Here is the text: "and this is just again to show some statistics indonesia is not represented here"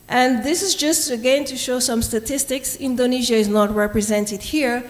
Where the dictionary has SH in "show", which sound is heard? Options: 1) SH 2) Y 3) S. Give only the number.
1